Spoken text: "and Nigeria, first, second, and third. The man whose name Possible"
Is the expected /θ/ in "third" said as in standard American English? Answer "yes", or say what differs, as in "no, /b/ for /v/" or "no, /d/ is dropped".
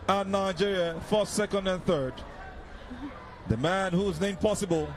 yes